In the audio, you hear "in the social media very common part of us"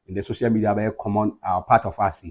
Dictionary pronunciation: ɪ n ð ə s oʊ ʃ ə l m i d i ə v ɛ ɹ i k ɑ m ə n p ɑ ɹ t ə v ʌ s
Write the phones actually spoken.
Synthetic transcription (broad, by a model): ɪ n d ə s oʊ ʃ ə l m i d i ə b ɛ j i k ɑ m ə n p ɑ t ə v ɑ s